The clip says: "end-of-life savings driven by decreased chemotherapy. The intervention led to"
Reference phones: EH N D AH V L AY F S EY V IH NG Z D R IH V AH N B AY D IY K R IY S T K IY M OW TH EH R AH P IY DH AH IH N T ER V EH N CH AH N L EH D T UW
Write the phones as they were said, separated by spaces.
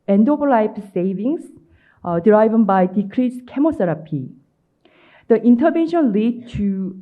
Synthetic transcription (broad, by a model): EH N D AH P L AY P S EY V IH NG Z D R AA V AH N B AY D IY K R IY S K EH M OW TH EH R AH P IY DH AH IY N T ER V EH N SH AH N L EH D T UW